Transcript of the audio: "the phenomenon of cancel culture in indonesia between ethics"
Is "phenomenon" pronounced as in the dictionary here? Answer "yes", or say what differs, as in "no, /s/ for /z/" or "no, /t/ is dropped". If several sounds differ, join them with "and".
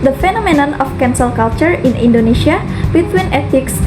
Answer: yes